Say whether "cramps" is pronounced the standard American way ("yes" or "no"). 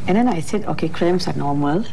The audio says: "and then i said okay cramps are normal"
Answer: no